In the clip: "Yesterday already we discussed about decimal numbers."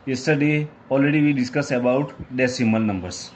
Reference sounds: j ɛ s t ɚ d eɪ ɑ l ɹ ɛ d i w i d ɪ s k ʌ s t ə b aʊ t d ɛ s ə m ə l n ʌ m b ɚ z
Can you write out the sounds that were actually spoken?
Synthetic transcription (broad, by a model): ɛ s t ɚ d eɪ ɑ l ɹ ɛ d i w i d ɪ s k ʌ s ə b aʊ t d ɛ s ə m ə l n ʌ m b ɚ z